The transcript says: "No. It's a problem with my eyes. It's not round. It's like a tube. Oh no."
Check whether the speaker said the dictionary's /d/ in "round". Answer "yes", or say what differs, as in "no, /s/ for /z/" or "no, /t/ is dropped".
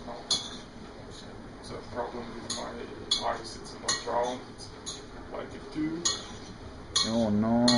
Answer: no, /d/ is dropped